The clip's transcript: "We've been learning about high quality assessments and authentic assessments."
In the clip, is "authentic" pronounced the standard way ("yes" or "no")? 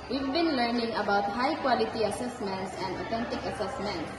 no